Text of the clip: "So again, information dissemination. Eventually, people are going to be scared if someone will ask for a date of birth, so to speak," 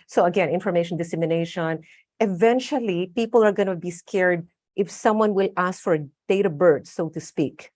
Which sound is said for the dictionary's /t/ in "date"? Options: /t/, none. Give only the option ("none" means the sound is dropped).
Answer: /t/